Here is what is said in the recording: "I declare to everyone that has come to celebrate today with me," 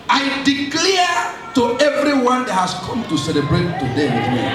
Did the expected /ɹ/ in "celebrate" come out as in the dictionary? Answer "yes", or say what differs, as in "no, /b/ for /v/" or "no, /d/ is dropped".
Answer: yes